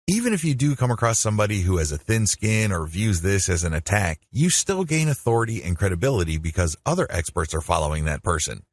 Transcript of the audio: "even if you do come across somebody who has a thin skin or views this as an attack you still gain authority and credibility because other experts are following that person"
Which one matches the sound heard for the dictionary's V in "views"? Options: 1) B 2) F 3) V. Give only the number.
3